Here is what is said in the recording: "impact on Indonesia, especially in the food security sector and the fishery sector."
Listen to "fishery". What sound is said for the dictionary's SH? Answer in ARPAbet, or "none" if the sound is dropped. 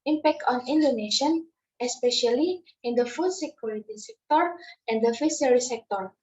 S